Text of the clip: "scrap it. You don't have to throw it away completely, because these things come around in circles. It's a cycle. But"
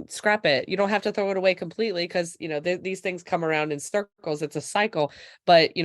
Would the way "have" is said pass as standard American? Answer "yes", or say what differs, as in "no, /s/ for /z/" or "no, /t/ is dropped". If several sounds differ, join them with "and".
no, /f/ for /v/